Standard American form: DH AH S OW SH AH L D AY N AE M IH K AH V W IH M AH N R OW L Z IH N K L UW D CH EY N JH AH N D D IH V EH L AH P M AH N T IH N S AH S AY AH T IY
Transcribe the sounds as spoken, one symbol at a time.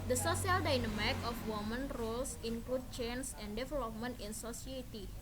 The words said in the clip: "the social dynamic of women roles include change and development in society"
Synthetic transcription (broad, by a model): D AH S OW S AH L D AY N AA M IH K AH F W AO M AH N R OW L S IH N K L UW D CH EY N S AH N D D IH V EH L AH P M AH N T IH N S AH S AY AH T IY